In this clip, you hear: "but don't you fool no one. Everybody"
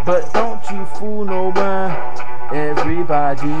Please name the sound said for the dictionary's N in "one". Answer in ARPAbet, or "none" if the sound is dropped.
none